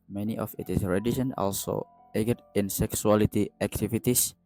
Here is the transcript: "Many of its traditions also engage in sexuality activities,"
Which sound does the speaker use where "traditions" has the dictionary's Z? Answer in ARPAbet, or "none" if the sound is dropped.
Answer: none